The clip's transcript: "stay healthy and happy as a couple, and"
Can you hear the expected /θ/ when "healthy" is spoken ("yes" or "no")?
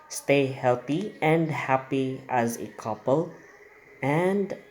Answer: no